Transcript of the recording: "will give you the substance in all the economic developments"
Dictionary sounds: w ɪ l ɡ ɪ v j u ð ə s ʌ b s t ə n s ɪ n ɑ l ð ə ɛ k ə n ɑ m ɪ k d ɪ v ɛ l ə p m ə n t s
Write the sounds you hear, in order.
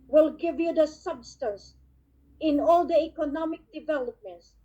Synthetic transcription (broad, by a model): w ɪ l ɡ ɪ v j u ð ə s ʌ b s t ə n s ɪ n ɑ l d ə ɛ k ə n ɑ m ɪ k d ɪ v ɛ l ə p m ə n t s